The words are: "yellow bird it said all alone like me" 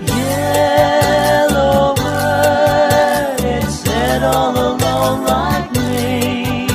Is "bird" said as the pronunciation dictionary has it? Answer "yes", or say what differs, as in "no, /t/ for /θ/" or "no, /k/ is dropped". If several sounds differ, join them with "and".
no, /d/ is dropped